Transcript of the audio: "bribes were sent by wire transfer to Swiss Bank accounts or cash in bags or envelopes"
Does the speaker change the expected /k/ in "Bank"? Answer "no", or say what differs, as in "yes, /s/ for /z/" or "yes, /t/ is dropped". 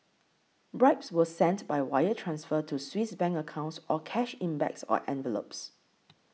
yes, /k/ is dropped